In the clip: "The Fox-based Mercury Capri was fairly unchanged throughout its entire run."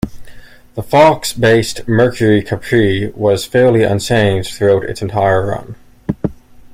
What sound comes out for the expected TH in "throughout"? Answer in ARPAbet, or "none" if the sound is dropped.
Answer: TH